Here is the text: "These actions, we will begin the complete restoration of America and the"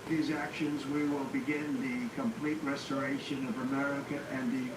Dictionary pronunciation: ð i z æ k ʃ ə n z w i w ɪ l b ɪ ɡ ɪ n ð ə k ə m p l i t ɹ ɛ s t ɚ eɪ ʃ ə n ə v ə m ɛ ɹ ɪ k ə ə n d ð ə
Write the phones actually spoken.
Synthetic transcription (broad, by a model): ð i z æ k ʃ ə n z w i w ɪ l b ɪ ɡ ɪ n ð ə k ə m p l i t ɹ ɛ s t ɚ eɪ ʃ ə n ə v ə m ɛ ɹ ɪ k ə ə n ð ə